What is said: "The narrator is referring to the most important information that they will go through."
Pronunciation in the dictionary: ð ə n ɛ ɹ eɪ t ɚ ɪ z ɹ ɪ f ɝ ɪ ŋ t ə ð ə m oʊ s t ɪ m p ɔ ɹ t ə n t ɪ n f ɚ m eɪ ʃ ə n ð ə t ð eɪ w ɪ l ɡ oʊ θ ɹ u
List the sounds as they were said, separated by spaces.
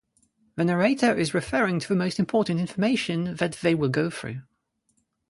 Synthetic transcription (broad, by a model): ð ə n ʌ ɹ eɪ t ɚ ɪ z ɹ ɪ f ɝ ɪ ŋ t ə ð ə m oʊ s t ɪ m p ɔ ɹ t n t ɪ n f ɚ m eɪ ʃ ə n ð ə t ð eɪ w ɪ l ɡ oʊ θ ɹ u